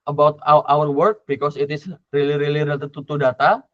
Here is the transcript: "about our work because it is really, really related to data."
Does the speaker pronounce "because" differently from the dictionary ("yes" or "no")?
yes